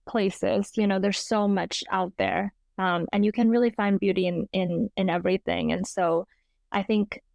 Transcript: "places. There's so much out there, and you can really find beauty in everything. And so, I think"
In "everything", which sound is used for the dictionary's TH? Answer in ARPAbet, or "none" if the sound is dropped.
TH